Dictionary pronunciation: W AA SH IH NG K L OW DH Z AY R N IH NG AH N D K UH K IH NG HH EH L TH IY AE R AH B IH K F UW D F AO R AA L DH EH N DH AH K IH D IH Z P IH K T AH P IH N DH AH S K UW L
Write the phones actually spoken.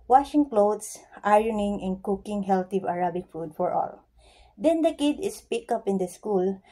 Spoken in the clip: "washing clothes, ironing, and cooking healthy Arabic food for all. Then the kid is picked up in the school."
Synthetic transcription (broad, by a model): W AA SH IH NG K L OW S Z AY R N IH NG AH N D K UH K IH NG HH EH L T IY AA R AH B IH K F UW D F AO R AA L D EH N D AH K IH D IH S P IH K AH P IH N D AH S K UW L